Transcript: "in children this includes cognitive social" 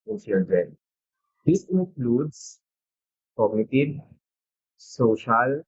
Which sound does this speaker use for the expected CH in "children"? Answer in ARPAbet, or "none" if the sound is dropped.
S